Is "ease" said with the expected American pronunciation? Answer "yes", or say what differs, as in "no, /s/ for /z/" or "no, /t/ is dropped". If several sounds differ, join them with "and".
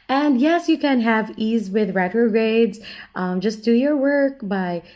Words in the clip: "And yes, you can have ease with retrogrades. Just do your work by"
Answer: yes